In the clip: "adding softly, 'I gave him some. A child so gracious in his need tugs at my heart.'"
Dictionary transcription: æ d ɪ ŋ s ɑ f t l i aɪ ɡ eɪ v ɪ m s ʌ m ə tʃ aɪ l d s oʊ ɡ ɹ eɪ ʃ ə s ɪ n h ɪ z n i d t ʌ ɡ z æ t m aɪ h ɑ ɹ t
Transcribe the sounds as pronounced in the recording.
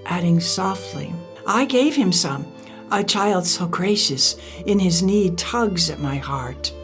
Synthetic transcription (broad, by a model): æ d ɪ ŋ s ɑ f t l i aɪ ɡ eɪ v ɪ m s ʌ m ə tʃ aɪ l d s oʊ ɡ ɹ eɪ ʃ ə s ɪ n ɪ z n i d t ʌ ɡ z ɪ t m aɪ h ɑ ɹ t